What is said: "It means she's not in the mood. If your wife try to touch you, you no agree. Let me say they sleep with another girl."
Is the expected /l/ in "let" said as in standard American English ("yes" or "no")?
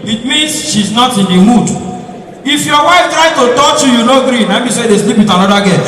no